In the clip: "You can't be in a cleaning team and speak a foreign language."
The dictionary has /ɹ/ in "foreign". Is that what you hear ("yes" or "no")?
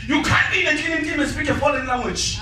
no